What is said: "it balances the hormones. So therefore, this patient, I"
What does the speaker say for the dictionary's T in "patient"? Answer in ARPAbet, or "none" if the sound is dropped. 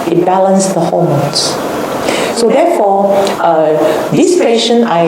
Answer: none